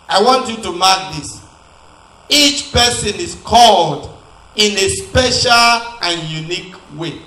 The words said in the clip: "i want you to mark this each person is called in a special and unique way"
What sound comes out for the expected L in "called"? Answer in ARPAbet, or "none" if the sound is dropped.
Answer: L